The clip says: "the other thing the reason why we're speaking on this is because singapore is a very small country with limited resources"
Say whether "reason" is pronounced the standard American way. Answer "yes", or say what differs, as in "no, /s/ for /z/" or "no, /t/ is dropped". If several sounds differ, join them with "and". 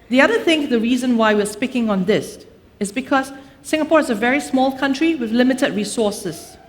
yes